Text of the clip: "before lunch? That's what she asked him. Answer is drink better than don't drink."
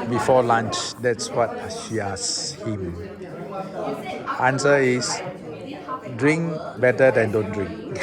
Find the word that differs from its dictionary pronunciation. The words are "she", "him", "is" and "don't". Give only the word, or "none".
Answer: is